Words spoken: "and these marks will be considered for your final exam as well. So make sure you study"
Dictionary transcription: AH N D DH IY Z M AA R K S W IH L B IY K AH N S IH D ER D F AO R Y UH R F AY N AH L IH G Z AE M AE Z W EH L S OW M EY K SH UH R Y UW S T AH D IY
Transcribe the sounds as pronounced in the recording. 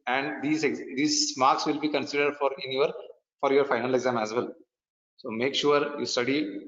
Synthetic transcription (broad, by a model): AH N D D IY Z M AA R K S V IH L B IY K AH N S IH D ER D F AO R Y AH R F AY N AH L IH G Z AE M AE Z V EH L S OW M EY K SH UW R Y UW S T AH D IY